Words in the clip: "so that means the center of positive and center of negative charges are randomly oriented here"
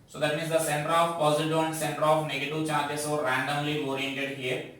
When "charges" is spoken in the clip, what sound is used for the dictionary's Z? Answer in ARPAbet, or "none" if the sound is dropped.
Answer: S